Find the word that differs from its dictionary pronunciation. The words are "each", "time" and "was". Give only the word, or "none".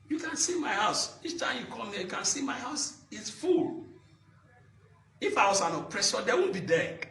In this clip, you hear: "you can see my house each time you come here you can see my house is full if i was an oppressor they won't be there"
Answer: was